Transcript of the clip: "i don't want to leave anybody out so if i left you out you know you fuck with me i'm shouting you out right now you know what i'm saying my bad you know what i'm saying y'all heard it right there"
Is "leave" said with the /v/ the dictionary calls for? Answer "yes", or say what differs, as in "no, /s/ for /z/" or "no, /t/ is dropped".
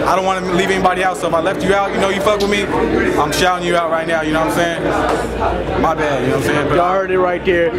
yes